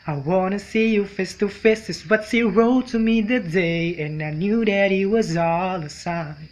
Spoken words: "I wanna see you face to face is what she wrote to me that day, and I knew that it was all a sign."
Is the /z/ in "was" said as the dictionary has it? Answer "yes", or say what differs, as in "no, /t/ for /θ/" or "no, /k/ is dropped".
yes